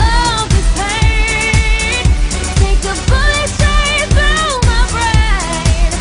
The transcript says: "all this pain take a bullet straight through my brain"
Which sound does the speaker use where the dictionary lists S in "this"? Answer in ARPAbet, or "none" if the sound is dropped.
none